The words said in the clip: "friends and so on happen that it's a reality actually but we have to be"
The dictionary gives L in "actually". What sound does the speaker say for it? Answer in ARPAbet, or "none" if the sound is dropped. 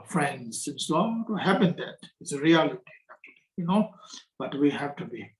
N